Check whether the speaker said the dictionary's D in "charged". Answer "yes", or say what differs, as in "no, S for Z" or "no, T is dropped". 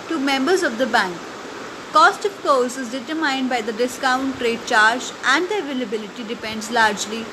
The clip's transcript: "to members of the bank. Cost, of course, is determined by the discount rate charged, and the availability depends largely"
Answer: no, D is dropped